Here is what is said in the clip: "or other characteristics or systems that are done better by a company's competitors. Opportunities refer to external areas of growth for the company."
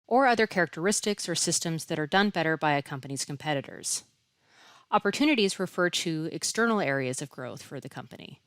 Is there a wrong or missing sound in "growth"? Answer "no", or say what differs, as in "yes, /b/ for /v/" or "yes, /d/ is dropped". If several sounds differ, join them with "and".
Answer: no